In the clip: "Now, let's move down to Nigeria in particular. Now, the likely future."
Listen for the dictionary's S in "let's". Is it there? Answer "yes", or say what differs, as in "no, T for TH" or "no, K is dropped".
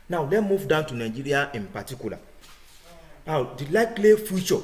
no, S is dropped